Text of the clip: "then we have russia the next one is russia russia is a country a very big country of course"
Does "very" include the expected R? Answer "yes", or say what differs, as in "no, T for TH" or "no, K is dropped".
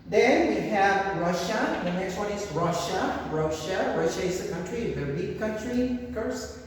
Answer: no, W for R